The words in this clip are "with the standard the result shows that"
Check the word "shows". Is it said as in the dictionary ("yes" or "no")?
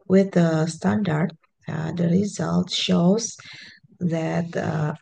yes